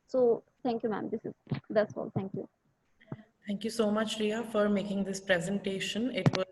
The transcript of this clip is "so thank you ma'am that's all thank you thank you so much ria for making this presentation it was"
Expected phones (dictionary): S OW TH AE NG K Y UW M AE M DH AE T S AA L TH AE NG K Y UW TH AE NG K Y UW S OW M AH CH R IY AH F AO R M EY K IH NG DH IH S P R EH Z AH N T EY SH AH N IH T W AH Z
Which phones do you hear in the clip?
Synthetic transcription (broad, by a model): S OW T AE NG K Y UW M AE M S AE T S AA L T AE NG K Y UW T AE NG K Y UW S OW M AH CH R IY AH F AO R M EY K IH NG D IH S P R EH Z AH N T EY SH AH N IH T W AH